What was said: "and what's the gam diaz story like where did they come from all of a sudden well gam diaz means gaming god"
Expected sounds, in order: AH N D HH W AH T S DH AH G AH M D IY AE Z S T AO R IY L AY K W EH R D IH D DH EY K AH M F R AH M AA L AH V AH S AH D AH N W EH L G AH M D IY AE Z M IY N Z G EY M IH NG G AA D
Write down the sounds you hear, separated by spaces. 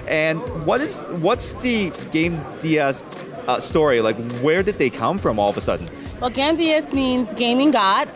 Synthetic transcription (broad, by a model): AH N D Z W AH T S DH AH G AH M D IY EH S S T AO R IY L AY K W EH R D IH D DH EY K AH M F R AH M AA L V AH S AH D N W EH L G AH M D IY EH S M IY N Z G EY M IH NG G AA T